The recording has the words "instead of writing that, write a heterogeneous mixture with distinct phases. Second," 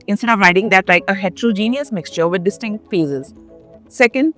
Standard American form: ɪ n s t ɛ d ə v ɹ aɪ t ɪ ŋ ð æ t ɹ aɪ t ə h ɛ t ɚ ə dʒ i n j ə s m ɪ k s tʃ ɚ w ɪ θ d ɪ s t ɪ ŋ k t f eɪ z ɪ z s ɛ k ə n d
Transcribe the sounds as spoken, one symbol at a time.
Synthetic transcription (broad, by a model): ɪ n s t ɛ d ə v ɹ aɪ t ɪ ŋ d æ t l aɪ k ə h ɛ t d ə dʒ i n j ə s m ɪ k s tʃ ɚ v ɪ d d ɪ s t ɪ ŋ k t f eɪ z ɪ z s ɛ k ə n d